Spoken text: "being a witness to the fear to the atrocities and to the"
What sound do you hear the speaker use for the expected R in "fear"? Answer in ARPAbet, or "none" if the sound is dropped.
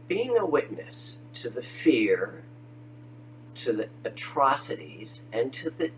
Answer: R